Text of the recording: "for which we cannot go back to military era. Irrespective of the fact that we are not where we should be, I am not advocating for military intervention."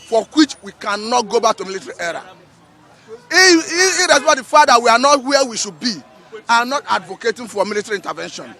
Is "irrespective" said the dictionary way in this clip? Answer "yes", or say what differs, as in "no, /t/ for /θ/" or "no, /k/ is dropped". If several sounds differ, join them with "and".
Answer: no, /ɹ/ is dropped and /k/ is dropped